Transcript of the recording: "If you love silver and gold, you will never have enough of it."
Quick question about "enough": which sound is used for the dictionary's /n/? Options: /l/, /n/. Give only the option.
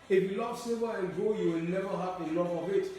/l/